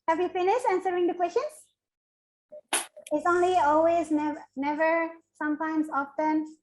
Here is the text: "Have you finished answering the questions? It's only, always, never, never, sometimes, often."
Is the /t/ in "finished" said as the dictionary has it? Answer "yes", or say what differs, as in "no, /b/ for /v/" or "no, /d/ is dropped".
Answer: no, /t/ is dropped